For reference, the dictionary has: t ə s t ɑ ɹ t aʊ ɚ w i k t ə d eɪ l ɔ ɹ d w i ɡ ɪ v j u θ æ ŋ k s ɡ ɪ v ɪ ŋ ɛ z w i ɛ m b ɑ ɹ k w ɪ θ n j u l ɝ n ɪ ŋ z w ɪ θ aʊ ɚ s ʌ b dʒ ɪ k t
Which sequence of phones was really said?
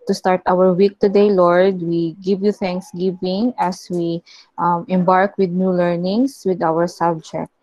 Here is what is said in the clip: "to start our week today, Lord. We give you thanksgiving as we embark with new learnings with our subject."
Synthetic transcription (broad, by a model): t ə s t ɑ ɹ t aʊ ɚ w i k t ə d eɪ l ɔ ɹ d w i ɡ ɪ v j u θ æ ŋ k s ɡ ɪ v ɪ ŋ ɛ s w i ɛ m b ɑ ɹ k w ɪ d n j u l ɝ n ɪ ŋ s w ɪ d aʊ ɚ s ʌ b dʒ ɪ k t